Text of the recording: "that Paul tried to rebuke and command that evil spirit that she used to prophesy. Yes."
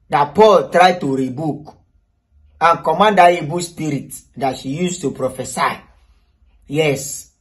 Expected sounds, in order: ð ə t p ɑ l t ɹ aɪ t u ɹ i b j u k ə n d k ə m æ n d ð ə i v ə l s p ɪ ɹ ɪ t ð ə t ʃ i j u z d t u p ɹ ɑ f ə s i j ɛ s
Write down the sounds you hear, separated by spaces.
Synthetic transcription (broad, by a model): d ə t p ɑ l t ɹ aɪ t u ɹ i b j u k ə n k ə m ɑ n d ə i b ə s p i ɹ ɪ t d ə t ʃ i j u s t u p ɹ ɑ f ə s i j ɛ s